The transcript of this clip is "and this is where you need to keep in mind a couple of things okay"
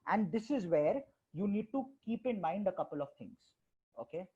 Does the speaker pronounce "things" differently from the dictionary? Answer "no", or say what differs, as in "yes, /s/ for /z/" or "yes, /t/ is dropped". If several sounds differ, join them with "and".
yes, /t/ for /θ/